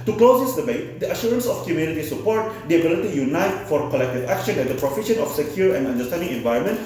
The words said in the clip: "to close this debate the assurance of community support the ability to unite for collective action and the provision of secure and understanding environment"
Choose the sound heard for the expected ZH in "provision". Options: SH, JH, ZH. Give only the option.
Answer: SH